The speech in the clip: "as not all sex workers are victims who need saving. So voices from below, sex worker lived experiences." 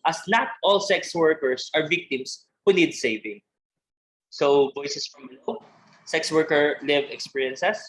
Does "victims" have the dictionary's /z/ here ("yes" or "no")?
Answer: no